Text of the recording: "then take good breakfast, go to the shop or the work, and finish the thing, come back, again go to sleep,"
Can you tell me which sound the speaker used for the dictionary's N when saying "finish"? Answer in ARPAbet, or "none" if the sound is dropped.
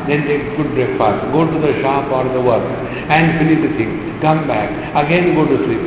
L